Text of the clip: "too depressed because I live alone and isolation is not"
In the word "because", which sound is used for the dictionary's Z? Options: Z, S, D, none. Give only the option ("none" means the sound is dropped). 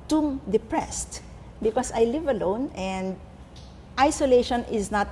S